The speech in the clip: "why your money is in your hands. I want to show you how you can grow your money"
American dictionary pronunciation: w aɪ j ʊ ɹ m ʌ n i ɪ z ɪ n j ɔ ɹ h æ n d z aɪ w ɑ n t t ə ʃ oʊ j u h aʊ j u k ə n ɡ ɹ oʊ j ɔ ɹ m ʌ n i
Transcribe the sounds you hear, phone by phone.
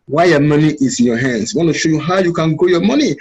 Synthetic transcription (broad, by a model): w aɪ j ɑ m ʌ n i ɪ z ɪ n j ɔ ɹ h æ n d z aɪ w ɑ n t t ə ʃ oʊ j u h aʊ j u k ə n ɡ oʊ j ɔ m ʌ n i